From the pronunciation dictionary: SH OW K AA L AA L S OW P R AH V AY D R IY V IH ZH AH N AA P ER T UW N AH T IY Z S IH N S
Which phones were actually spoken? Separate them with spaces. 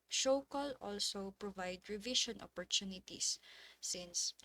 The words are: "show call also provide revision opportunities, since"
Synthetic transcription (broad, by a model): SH OW K AA L AA L S OW P R AH V AY D R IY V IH SH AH N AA P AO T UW N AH T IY S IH N S